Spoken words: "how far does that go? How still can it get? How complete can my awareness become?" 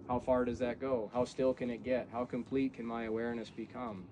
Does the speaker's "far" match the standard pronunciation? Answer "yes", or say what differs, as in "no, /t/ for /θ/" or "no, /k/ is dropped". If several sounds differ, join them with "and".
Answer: yes